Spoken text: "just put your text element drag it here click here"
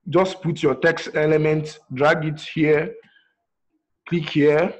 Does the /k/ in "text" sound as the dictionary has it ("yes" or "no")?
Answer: yes